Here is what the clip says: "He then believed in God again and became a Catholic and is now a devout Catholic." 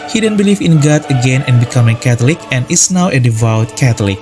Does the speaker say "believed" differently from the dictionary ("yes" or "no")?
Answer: yes